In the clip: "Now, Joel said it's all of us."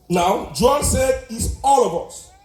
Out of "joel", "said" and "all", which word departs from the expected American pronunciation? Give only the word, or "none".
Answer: joel